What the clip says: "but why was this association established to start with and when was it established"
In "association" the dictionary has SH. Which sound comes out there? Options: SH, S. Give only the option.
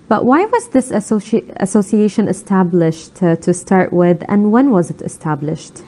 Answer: SH